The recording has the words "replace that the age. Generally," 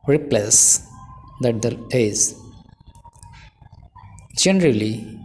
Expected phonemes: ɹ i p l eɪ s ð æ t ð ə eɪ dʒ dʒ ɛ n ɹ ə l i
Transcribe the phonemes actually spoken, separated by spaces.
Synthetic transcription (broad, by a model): ɹ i p l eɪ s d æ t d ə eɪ z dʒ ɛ n ɹ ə l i